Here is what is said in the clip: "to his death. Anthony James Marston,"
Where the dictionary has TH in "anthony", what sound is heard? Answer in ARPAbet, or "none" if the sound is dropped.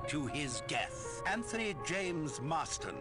TH